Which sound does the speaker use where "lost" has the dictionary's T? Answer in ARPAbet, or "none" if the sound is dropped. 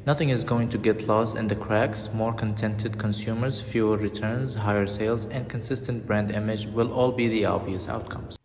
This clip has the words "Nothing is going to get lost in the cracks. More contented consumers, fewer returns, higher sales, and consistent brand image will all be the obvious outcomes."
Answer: T